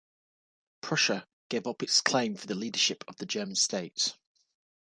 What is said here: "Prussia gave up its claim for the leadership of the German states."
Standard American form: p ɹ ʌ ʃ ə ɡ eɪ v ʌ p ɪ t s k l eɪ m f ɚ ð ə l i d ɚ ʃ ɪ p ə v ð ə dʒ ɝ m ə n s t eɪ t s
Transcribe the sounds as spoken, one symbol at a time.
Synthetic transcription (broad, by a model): p ɹ ʌ ʃ ə ɡ eɪ v ʌ p ɪ t s k l eɪ m f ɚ ð ə l i d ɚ ʃ ɪ p ə v ð ə dʒ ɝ m ə n s t eɪ t s